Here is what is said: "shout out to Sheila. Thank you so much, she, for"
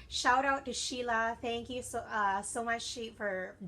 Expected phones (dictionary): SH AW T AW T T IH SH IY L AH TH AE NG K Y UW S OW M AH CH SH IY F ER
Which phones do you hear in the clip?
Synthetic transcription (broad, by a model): SH AW T AW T T IH SH IY L AH TH AE NG K Y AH S OW M AH CH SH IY F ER